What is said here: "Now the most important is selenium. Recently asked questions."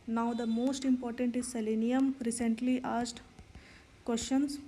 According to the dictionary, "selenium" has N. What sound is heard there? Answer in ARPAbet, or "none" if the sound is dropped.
N